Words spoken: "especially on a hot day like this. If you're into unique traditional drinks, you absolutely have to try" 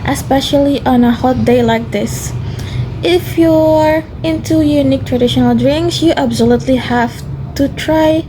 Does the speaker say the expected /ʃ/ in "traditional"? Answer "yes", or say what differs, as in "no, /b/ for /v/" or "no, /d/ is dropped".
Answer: yes